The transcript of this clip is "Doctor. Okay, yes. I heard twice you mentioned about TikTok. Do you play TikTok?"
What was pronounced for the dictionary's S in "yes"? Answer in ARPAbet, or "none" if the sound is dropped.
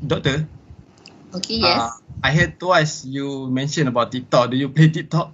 none